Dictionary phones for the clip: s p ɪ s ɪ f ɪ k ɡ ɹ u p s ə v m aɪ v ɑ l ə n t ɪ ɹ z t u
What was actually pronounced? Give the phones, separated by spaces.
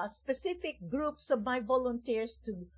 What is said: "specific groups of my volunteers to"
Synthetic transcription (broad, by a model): s p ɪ s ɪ f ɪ k ɡ ɹ u p s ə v m aɪ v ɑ l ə n t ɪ ɹ s t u